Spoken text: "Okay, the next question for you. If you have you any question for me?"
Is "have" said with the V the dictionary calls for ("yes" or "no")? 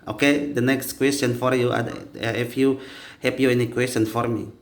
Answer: no